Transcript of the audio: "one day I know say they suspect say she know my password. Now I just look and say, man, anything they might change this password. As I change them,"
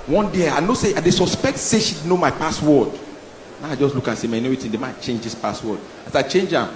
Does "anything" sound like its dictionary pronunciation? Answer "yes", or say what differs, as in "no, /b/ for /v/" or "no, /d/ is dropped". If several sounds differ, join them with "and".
no, /n/ is dropped and /t/ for /θ/